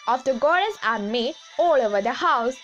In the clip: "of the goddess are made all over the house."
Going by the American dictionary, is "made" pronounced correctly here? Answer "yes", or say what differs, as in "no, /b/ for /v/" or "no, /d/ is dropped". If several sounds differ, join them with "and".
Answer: no, /d/ is dropped